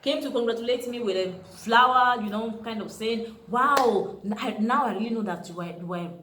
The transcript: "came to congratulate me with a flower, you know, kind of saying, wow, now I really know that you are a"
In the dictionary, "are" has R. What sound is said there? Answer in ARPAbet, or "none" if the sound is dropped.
W